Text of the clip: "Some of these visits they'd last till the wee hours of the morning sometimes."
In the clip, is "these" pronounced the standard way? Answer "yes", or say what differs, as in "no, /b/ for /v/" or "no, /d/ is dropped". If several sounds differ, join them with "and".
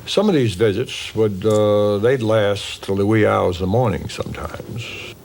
yes